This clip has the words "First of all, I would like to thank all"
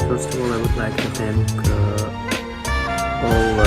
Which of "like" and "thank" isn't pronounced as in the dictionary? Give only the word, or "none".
thank